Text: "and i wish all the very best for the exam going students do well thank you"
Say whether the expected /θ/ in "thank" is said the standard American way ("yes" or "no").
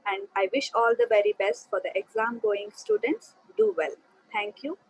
no